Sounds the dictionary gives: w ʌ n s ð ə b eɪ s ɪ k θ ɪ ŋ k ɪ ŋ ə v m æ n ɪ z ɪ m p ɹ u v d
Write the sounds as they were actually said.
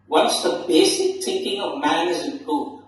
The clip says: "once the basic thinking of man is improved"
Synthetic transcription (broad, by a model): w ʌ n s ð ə b eɪ s ɪ k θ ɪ ŋ k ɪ ŋ ə v m æ n ɪ z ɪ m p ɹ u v